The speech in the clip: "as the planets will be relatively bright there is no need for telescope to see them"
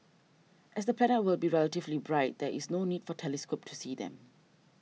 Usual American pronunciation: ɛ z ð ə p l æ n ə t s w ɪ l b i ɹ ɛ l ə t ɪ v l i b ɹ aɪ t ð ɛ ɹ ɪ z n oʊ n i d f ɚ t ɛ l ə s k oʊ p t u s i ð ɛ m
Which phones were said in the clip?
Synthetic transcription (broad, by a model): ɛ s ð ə p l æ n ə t w ɪ l b i ɹ ɛ l ə t ɪ v l i b ɹ aɪ t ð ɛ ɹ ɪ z n oʊ n i d f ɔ t ɛ l ə s k oʊ p t u s i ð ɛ m